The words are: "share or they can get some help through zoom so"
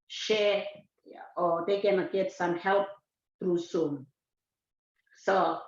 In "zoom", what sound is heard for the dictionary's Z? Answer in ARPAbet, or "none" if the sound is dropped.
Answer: S